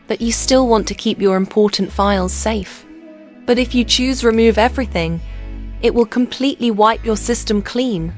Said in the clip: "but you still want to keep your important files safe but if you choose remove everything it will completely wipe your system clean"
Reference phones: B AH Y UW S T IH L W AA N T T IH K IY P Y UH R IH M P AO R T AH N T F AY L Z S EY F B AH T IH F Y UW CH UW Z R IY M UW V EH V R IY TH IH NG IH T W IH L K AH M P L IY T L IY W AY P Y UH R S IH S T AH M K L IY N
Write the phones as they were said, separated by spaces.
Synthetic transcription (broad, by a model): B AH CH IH S T IH L W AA N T T IH K IY P Y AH R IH M P AO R T N T F AY L Z S EY F B AH T IH F Y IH CH UW Z R IY M UW V EH V R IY TH IH NG IH T W IH L K AH M P L IY T L IY W AY P Y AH R S IH S T AH M K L IY N